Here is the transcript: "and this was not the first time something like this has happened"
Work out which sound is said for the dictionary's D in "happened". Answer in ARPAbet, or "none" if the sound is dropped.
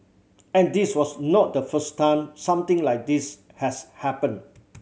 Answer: none